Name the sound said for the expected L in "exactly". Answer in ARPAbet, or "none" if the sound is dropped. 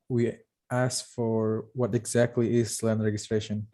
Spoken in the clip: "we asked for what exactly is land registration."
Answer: L